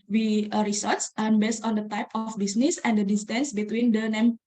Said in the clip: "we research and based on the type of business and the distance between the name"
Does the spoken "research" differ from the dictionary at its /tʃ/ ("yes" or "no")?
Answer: yes